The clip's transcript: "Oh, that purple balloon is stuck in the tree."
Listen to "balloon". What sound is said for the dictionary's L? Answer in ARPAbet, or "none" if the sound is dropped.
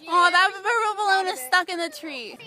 none